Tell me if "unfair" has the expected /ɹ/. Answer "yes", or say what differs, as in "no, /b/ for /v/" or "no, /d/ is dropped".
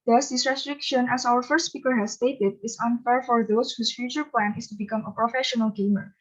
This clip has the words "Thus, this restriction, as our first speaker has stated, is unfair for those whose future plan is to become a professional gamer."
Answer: yes